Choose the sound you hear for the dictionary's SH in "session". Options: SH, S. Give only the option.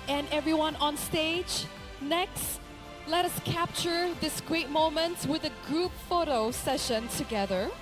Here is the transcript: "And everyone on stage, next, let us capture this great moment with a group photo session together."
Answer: SH